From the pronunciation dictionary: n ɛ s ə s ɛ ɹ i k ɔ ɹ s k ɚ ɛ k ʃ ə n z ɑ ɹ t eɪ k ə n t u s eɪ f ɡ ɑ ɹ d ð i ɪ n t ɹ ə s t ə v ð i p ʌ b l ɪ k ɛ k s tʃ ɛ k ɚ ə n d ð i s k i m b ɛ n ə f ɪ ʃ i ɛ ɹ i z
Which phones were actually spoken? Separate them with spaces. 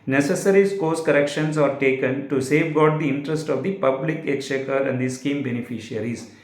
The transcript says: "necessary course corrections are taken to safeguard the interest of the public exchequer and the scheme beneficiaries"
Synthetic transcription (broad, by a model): n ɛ s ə s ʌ ɹ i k ɔ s k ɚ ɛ k ʃ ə n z ɑ ɹ t eɪ k ə n t u s eɪ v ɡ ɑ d d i ɪ n t ɹ ə s t ə v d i p ʌ b l ɪ k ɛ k tʃ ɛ k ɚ ə n d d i s k i m b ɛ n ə f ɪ ʃ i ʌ ɹ i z